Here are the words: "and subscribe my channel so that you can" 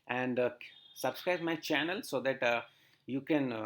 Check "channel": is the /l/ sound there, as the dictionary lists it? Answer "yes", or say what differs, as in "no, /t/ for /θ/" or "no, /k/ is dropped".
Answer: yes